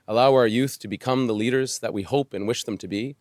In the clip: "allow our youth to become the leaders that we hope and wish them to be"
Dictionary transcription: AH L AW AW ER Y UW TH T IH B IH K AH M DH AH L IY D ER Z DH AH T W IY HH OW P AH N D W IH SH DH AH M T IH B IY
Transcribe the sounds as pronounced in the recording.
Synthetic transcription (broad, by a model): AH L AW AW ER Y UW TH T IH B IH K AH M DH AH L IY D ER Z DH AH T W IY HH OW P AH N W IH SH DH AH M T IH B IY